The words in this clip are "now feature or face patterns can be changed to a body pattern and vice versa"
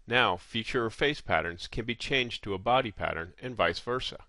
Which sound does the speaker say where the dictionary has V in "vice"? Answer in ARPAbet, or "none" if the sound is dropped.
V